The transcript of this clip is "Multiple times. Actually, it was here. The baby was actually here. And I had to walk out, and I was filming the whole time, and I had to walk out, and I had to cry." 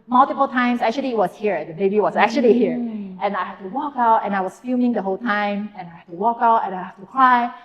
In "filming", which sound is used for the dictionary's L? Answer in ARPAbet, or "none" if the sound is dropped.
none